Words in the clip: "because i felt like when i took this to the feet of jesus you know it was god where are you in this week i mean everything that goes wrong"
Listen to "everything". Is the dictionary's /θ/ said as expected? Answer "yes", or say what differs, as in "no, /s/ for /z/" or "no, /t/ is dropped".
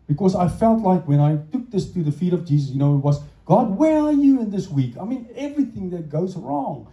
yes